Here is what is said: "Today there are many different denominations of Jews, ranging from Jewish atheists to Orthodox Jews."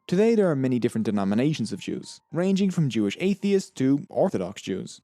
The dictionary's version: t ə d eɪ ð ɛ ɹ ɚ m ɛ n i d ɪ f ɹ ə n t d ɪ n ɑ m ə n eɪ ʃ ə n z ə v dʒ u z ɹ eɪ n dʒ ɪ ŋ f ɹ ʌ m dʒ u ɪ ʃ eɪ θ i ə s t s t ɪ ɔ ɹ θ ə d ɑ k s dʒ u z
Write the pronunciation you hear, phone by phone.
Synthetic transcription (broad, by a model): t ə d eɪ ð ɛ ɹ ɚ m ɛ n i d ɪ f ɹ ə n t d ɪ n ɑ m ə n eɪ ʃ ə n z ə v dʒ u z ɹ eɪ n dʒ ɪ ŋ f ɹ ʌ m dʒ u ɪ ʃ eɪ θ i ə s s t ɪ ɔ ɹ θ ə d ɑ k s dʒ u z